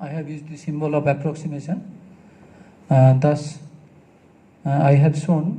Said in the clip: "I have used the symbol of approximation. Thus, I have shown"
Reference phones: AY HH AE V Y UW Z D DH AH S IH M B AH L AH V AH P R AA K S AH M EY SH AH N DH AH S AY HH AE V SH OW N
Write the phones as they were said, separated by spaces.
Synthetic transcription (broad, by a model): AY HH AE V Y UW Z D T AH S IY M B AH L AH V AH P R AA K S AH M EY S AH N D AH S AY HH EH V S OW N